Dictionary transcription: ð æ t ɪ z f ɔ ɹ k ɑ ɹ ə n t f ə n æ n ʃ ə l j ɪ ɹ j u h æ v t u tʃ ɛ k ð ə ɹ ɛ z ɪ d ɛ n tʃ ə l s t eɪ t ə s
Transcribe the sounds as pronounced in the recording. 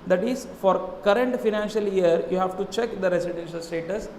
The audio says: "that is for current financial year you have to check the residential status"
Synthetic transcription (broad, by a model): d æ t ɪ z f ɔ ɹ k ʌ ɹ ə n t f ə n æ n ʃ ə l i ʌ ɹ j u h æ v t u tʃ ɛ k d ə ɹ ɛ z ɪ d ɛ n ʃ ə l s t eɪ t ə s